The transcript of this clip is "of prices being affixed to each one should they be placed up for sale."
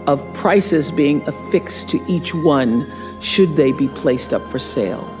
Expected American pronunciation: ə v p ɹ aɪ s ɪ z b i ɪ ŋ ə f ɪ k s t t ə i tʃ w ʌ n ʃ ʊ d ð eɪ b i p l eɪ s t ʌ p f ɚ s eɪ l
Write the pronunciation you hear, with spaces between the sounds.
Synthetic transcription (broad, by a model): ə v p ɹ aɪ s ɪ z b i ɪ ŋ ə f ɪ k s t t i tʃ w ʌ n ʃ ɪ d ð eɪ b i p l eɪ s t ʌ p f ɚ s eɪ l